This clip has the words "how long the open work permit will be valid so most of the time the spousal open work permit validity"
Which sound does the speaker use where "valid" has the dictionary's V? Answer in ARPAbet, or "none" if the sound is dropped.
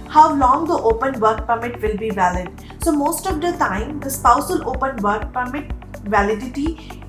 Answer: V